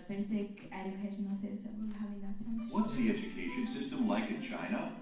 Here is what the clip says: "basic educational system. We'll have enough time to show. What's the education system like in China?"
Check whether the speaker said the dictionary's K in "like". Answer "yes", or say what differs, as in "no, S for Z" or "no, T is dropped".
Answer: yes